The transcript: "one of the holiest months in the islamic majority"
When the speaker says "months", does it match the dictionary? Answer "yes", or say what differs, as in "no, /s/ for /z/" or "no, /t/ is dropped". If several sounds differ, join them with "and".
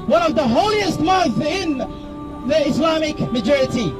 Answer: no, /s/ is dropped